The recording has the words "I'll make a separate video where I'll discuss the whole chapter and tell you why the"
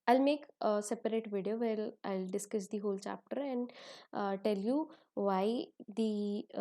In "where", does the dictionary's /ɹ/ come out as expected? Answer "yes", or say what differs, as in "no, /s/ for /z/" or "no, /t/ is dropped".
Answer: no, /l/ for /ɹ/